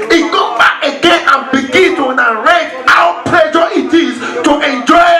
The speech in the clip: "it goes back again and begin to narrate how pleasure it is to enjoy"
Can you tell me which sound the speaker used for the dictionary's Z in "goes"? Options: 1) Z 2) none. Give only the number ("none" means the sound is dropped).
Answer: 2